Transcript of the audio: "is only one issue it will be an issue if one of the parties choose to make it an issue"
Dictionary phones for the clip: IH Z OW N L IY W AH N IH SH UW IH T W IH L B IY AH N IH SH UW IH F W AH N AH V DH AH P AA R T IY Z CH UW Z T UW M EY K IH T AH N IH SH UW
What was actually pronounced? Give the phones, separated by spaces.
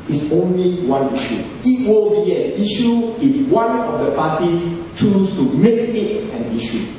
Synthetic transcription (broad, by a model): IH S OW N L IY W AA N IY SH UW IH T W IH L B IY AH N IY SH UW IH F W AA N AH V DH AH P AA T IY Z CH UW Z T UW M EY K IH T AH N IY SH UW